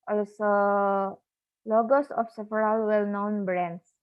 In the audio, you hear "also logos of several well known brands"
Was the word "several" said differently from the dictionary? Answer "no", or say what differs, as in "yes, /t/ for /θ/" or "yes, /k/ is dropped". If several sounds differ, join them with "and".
yes, /f/ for /v/